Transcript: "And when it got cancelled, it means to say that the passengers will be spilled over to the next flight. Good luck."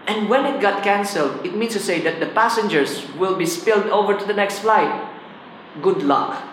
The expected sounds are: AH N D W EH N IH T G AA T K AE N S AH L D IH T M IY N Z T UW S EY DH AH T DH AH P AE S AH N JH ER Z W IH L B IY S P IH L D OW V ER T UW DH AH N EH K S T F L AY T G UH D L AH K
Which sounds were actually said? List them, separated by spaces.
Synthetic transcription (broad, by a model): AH N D W EH N IH T G AA T K AE N S AH L D IH T M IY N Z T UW S EY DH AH T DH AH P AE S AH N JH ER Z W IH L B IY S P IH L D OW V ER T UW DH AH N EH K S T F L AY T G UH D L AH K